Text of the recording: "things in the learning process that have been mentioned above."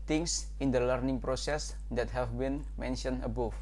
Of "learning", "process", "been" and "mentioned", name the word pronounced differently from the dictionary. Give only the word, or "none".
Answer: mentioned